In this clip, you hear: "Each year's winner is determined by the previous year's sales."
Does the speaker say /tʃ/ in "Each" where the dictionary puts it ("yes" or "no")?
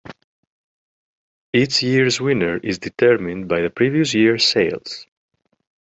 no